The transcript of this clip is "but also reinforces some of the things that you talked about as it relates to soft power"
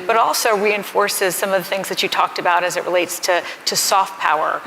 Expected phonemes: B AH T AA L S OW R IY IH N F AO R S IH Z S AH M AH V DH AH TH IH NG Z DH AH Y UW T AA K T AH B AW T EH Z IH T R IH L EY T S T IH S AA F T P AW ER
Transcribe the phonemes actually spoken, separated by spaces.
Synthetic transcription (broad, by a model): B AH T AA L S OW R IY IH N F AO R S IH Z S AH M AH V DH AH TH IH NG Z DH AH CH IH T AA K T AH B AW T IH Z IH T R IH L EY T S T IH S AA F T P AW ER